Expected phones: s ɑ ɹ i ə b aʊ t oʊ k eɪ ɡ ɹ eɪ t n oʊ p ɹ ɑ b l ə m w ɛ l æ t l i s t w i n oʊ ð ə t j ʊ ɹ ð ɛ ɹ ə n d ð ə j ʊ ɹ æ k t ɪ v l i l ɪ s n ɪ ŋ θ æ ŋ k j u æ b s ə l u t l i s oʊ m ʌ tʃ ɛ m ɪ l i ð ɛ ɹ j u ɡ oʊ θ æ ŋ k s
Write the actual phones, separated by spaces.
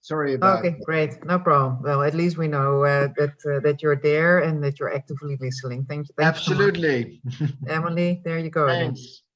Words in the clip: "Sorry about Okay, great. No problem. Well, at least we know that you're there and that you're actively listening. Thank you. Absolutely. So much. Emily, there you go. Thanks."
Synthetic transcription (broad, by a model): s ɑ ɹ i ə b oʊ k eɪ ɡ ɹ eɪ t n oʊ p ɹ ɑ b l ə m w ɛ l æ t l i s t w i n oʊ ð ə t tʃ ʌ ɹ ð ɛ ɹ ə n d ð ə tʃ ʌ ɹ æ k t ɪ v l i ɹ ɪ s l ɪ ŋ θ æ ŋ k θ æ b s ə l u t l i ɛ m ɪ l i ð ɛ ɹ j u ɡ oʊ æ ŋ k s